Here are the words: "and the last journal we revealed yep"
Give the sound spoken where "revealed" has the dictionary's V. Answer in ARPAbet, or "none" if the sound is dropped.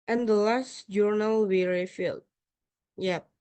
F